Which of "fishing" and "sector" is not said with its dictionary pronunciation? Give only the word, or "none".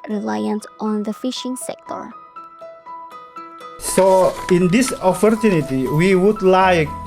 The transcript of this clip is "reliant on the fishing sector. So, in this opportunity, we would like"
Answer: none